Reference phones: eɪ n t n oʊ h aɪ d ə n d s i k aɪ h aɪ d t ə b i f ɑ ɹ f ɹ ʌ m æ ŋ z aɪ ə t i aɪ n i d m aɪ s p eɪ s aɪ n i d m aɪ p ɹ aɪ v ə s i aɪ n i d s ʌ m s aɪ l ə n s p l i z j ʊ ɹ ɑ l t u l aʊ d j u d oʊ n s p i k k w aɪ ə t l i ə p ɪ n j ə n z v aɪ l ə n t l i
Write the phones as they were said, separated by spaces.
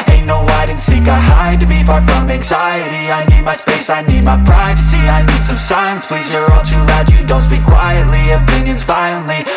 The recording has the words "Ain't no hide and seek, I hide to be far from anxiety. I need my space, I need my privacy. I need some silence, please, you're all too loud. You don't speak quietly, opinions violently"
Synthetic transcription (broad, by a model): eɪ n n oʊ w aɪ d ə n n s i k aɪ h aɪ d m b i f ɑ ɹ f ɹ ʌ m æ ŋ z aɪ ə t i aɪ n i d m aɪ s p eɪ s aɪ n i d m aɪ p ɹ aɪ v ə s i aɪ n i d s ʌ m s aɪ ə n s p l i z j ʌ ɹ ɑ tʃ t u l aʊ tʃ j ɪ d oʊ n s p i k k w aɪ ə t l i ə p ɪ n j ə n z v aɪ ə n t l i